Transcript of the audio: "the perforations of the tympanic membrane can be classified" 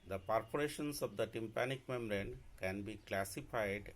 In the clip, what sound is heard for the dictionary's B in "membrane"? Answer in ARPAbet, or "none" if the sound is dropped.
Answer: none